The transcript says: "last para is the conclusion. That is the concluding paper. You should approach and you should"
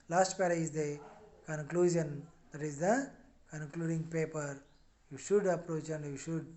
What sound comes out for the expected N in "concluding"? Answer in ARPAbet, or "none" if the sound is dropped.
N